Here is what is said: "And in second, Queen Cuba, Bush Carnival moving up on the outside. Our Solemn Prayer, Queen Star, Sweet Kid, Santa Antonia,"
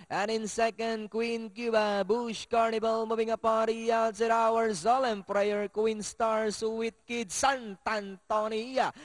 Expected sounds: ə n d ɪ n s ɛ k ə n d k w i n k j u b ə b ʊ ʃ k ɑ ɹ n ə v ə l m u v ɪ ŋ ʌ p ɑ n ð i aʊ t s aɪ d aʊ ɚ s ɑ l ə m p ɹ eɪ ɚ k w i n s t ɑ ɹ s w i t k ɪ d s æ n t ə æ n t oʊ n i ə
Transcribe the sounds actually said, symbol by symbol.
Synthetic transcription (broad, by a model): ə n ɪ n s ɛ k ə n d k w i n k j u b ə b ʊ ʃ k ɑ ɹ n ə b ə l m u b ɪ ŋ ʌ p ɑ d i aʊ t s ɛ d aʊ ɚ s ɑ l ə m p ɹ eɪ ɚ k w i n s t ɑ ɹ s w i t k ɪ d s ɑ n t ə n t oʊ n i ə